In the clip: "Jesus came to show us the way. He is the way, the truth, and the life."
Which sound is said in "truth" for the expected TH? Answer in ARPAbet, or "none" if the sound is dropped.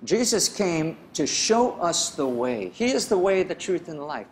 TH